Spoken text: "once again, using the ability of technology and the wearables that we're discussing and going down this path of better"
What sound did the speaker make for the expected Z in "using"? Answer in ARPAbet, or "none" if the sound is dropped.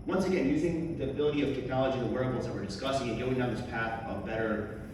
Z